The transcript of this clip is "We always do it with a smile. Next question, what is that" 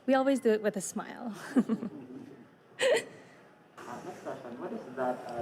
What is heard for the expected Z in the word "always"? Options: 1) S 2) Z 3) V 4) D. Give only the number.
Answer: 2